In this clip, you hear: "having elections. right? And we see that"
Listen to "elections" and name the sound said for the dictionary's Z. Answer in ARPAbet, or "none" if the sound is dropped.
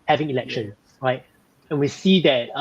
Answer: none